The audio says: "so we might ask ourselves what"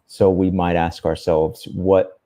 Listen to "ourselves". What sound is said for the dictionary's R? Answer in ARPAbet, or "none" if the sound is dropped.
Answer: R